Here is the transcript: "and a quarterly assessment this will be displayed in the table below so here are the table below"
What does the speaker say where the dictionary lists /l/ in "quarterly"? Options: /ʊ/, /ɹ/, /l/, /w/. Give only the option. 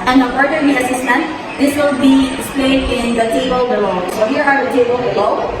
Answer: /w/